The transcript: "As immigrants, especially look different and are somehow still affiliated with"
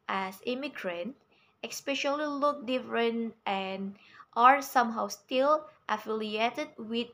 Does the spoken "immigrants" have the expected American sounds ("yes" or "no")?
no